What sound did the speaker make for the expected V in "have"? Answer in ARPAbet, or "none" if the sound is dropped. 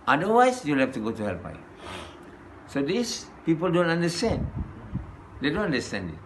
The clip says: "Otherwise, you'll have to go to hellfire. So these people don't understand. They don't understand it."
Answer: F